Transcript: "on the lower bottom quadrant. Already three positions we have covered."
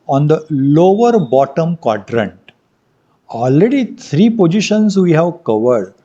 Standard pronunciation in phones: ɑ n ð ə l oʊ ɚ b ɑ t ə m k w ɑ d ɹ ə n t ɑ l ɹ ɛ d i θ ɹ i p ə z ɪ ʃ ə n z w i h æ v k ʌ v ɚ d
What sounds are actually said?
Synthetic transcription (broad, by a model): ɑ n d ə l oʊ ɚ b ɑ t ə m k w ɑ d ɹ ə n t ɑ l ɹ ɛ d i t ɹ i p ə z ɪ ʃ ə n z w i h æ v k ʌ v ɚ d